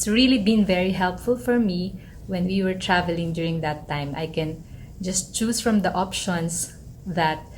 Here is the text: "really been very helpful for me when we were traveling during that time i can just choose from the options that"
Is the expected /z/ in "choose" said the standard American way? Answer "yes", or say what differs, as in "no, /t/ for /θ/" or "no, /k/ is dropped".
no, /s/ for /z/